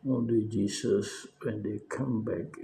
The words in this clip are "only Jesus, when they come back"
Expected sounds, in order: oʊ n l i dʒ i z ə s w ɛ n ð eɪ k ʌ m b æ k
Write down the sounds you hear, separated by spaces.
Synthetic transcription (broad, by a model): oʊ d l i dʒ i s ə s w ɛ n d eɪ k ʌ m b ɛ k